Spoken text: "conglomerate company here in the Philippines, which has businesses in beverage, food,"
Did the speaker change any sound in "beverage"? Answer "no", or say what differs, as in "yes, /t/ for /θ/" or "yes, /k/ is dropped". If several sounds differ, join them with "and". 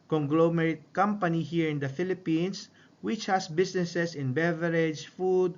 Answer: no